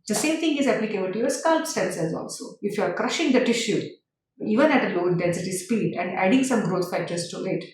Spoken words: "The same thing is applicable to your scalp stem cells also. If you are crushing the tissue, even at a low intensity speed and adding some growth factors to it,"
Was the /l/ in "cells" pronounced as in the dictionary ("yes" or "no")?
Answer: no